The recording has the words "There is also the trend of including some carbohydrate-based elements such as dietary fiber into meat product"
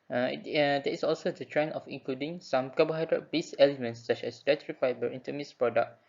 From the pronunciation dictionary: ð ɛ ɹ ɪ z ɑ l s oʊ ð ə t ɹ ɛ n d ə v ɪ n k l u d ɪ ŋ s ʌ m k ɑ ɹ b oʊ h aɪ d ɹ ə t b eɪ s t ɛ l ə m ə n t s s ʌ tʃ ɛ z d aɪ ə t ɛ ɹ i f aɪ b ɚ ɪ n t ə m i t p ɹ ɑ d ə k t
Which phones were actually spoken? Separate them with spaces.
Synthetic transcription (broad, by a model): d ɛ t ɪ s ɑ l s oʊ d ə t ɹ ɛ n ə f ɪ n k l u d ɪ ŋ s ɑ m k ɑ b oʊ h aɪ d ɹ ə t b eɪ s ɛ l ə m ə n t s s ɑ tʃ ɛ s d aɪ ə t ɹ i f aɪ b ɚ ɪ n t ə m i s p ɹ ɑ d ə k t